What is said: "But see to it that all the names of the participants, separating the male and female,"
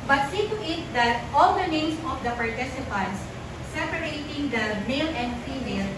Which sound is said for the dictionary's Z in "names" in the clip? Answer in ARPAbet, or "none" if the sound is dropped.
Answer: S